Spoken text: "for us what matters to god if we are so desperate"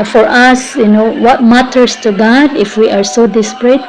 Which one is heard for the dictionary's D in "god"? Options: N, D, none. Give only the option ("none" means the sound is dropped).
D